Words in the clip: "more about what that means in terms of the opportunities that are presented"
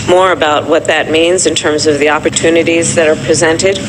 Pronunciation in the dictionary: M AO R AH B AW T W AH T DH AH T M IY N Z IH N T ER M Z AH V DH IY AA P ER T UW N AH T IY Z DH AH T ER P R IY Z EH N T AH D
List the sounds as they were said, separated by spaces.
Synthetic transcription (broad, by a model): M AO R AH B AW T W AH T DH AH T M IY N Z IH N T ER M Z AH V DH IY AA P ER T UW N AH T IY Z DH AH T ER P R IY Z EH N T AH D